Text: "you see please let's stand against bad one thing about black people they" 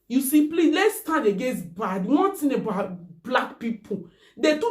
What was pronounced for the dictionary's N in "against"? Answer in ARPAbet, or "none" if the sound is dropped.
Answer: none